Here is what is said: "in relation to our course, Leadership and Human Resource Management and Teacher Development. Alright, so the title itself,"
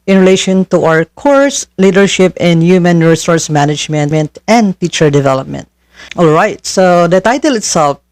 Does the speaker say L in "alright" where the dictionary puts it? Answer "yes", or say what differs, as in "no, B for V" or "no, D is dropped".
yes